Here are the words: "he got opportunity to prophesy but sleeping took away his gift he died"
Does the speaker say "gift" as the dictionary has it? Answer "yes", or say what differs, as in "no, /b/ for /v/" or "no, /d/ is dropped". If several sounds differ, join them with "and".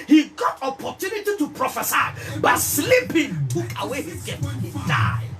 no, /f/ is dropped